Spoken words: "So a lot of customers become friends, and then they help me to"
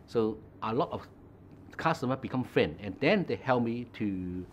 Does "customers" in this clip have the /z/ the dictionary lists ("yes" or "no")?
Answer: no